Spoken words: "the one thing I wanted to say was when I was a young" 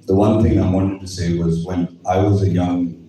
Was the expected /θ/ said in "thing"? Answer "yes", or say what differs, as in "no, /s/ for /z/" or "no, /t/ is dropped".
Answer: yes